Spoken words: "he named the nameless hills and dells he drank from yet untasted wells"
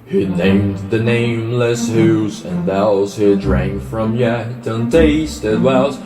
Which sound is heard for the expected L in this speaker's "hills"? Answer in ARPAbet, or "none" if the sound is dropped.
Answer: none